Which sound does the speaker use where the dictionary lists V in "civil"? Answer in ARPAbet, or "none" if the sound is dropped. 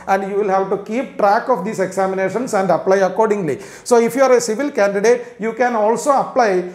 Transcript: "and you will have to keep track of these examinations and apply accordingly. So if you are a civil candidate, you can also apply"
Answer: V